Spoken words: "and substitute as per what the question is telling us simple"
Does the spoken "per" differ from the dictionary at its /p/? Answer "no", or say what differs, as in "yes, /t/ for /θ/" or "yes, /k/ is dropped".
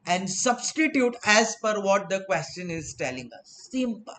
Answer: yes, /f/ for /p/